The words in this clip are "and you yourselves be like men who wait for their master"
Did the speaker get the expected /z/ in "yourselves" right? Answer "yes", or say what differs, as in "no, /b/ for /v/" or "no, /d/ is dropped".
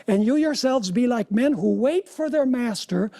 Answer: yes